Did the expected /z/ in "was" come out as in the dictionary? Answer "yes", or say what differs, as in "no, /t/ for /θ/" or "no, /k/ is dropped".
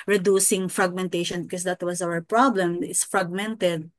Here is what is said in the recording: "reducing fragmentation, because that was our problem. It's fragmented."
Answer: no, /s/ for /z/